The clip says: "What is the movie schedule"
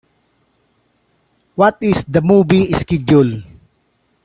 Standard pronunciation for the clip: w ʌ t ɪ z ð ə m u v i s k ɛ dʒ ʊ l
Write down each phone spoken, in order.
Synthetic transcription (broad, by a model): w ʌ t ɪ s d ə m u b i s k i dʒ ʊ l